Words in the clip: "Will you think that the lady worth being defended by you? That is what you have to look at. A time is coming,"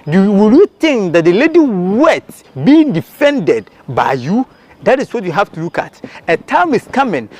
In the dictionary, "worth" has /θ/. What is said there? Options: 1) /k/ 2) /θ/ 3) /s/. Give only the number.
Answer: 3